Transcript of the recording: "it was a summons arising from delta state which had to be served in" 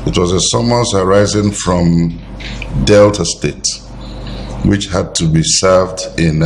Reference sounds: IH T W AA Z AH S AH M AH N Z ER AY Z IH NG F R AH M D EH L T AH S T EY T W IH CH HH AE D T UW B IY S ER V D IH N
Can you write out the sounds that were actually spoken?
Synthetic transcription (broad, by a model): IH T W AA Z AH S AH M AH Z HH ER AY Z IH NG F R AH M D EH L T AH S T EY T W IH CH HH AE D T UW B IY S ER V D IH N